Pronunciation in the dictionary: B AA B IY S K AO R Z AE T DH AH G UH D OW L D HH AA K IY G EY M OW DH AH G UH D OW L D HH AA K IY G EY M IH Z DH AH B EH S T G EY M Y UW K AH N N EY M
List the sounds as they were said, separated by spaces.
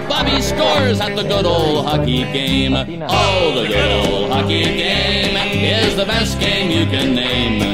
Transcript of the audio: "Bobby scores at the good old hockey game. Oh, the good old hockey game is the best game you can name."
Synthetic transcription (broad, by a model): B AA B IY S K AO R Z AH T DH AH G UH D OW L D HH AA K IY G EY M OW DH AH G UH D OW L D HH AA K IY G EY M IH Z DH AH B EH S T G EY M Y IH K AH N N EY M